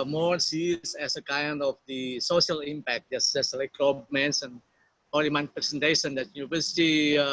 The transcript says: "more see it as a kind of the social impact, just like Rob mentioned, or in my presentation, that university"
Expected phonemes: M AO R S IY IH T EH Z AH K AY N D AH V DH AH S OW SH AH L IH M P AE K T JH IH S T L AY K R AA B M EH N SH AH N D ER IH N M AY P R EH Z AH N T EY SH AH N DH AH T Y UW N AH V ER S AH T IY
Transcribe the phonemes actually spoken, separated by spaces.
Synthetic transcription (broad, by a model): M AO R S IY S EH S AH K AY N D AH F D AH S OW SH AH L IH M P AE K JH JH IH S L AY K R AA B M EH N S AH N AO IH M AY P R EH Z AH N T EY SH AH N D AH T Y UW N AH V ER S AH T IY